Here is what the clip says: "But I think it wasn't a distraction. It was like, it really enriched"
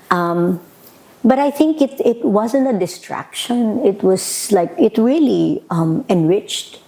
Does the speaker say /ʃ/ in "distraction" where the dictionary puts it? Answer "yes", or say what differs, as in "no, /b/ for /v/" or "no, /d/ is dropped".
yes